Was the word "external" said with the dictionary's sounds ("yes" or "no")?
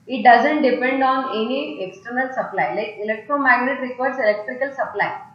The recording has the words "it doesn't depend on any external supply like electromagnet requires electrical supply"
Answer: yes